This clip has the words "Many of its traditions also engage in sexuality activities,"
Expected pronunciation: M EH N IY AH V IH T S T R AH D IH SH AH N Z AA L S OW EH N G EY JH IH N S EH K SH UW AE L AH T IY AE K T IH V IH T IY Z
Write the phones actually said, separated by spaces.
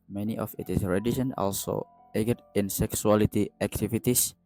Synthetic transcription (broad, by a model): M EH N IY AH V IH T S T R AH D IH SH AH N AA L S OW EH G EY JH IH N S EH K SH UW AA L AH T IY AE K T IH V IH T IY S